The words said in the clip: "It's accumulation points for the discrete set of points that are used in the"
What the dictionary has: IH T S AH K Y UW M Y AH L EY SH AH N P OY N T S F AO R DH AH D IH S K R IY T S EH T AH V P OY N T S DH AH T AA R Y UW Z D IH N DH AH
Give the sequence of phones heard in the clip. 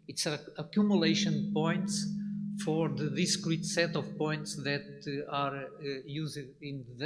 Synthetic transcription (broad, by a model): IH T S AH K Y UW M Y AH L EY SH AH N P OY N T S F AO R DH AH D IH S K R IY T S EH T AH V P OY N T S DH AH T AA R Y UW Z IH N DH